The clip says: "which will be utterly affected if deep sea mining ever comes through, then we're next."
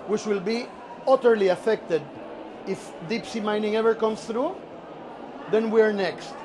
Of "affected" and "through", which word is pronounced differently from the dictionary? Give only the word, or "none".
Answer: none